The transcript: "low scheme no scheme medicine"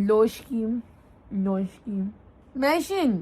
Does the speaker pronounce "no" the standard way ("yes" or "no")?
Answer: no